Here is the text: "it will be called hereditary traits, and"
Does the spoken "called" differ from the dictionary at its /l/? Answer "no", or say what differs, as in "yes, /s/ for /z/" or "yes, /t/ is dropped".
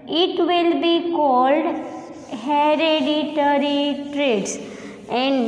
no